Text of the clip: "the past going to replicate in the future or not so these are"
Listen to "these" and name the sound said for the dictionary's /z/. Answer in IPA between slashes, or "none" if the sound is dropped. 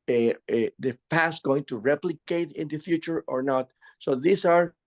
/s/